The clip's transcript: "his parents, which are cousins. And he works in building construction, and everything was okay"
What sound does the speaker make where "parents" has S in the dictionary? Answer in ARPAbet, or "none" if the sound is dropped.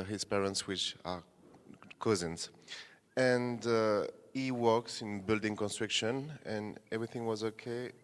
S